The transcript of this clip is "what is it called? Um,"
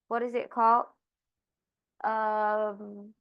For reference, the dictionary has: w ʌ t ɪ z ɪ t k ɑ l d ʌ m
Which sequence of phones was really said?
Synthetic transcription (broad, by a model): w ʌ t ɪ z ɪ t k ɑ l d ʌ m